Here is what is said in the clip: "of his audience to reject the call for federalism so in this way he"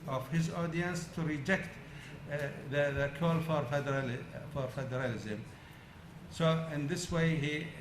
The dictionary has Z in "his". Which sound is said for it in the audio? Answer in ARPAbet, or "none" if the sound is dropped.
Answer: Z